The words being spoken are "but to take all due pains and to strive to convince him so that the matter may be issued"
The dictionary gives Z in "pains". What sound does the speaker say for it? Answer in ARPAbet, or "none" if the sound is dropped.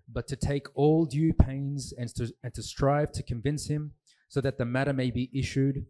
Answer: Z